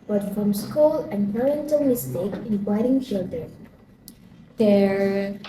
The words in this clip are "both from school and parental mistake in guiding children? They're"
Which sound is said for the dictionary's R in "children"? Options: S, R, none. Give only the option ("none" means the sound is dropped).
none